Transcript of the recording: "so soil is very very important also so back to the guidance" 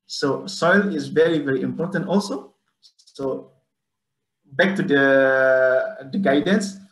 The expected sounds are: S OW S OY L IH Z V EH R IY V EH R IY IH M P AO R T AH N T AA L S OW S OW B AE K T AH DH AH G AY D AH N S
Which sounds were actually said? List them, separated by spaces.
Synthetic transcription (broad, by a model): S OW S OY L IH Z V EH R IY V EH R IY IH M P AO R T AH N T AA L S OW S OW B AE K T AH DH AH G AY D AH N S